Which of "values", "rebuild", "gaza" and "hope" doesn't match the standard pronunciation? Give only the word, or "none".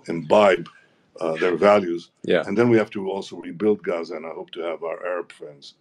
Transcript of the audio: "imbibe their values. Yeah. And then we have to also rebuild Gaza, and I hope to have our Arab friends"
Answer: none